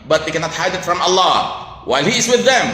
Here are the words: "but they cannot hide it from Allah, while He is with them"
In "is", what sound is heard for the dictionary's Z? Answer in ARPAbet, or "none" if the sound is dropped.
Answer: Z